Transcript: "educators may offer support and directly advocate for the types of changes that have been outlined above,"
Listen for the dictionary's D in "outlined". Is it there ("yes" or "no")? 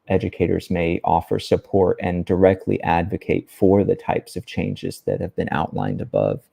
yes